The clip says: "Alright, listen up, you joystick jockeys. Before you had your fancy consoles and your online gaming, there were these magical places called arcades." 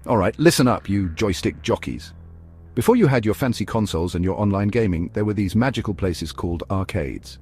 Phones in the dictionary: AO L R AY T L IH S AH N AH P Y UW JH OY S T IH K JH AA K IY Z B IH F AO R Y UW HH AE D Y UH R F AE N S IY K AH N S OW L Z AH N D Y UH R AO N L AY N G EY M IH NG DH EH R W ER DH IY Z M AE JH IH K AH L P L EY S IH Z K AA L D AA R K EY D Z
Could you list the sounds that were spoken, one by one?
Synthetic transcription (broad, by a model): AO L R AY T L IH S AH N AH P Y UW JH OY S T IH K JH AA K IY Z B IH F AO R Y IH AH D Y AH R F AE N S IY K AH N S OW L Z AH N Y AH R AO N L AY N G EY M IH NG DH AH R W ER DH IY Z M AE JH IH K AH L P L EY S IH Z K AA L D AA R K EY D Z